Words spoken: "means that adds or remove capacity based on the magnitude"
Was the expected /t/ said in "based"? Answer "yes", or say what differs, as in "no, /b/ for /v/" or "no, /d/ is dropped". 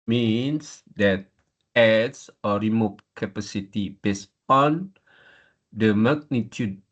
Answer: no, /t/ is dropped